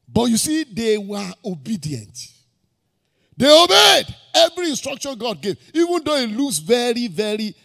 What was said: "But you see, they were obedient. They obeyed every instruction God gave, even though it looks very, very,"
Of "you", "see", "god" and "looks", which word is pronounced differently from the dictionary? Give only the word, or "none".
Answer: looks